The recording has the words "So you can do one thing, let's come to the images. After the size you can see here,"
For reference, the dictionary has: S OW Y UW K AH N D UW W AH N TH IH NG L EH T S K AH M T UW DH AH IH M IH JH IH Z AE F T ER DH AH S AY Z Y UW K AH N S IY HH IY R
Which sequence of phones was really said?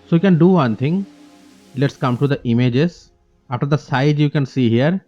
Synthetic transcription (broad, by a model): S OW Y UW K AH N D UW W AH N T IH NG L EH T S K AH M T UW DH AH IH M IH JH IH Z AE F T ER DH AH S AY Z Y UW K AH N S IY HH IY R